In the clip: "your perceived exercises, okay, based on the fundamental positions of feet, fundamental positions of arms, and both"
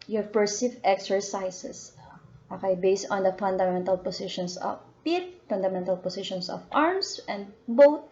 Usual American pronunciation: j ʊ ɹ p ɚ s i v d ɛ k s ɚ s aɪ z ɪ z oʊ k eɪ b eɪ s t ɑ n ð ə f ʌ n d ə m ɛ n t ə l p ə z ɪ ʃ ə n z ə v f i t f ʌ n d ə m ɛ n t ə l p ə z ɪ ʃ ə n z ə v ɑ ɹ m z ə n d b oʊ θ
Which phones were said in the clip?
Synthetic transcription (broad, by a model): j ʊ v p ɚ s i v ɛ k s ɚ s aɪ s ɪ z oʊ k eɪ b eɪ s t ɑ n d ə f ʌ n d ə m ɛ n t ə l p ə s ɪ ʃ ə n s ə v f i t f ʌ n d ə m ɛ n t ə l p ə s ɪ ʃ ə n s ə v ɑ ɹ m s ə n d b oʊ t